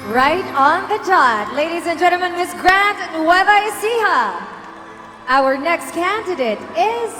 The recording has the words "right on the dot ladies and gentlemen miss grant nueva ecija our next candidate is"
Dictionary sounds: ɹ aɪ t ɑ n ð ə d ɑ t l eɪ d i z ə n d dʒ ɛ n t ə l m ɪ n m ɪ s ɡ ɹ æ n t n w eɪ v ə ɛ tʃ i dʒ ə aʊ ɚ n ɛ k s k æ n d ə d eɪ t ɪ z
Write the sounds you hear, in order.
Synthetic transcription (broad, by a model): ɹ aɪ t n ð ə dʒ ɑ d l eɪ d i z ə n dʒ ɛ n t l m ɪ n m ɪ s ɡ ɹ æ n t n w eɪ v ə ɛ s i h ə aʊ ɚ n ɛ k s k æ n d ə d eɪ t ɪ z